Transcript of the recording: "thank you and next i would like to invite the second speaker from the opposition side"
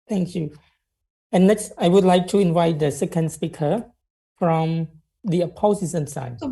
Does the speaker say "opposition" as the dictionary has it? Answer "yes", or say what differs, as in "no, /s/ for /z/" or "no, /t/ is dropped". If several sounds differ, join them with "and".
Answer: no, /s/ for /ʃ/